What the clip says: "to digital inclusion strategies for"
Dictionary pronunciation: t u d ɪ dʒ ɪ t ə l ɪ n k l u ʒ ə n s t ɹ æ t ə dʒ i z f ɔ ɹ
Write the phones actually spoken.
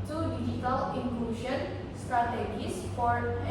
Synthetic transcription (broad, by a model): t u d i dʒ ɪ t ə l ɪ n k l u ʃ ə n s t ɹ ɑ t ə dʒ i s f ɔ ɹ